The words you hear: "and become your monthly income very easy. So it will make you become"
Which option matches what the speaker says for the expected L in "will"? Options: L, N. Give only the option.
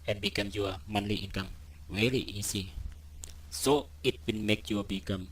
N